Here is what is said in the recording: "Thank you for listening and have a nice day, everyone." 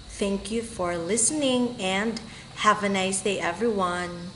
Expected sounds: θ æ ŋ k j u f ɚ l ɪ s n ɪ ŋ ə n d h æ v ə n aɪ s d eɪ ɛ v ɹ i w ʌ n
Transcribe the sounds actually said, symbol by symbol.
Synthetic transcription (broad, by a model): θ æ ŋ k j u f ɚ l ɪ s n ɪ ŋ ə n d h æ v ə n aɪ s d eɪ ɛ v ɹ i w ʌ n